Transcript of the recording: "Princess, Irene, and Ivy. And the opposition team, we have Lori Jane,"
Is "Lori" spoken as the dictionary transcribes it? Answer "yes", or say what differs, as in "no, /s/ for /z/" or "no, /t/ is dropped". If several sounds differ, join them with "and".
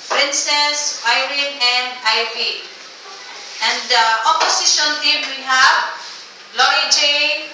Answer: no, /ɹ/ is dropped